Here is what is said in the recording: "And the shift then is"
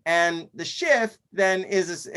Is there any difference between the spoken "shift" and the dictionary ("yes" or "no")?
no